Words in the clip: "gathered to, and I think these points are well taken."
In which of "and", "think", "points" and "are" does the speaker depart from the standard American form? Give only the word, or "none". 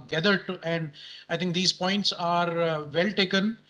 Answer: think